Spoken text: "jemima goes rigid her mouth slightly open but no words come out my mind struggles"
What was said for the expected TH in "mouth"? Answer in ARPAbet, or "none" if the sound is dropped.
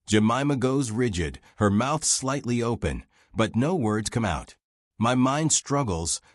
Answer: TH